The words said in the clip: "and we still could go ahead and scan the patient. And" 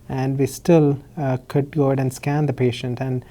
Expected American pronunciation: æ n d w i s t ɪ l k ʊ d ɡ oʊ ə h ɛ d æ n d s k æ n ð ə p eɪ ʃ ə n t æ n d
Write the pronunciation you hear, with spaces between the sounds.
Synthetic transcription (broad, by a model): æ n d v i s t ɪ l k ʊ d ɡ oʊ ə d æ n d s k æ n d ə p eɪ ʃ ə n t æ n d